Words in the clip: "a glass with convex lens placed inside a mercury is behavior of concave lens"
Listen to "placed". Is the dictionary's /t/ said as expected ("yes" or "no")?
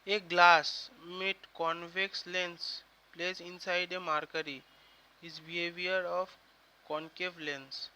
no